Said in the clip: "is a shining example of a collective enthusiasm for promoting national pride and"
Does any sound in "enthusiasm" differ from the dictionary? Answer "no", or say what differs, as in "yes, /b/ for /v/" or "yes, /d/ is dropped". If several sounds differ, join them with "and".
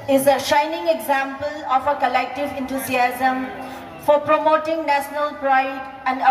yes, /t/ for /θ/